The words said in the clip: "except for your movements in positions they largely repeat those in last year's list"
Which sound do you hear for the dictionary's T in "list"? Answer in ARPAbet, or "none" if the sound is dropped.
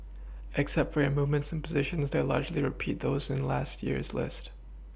T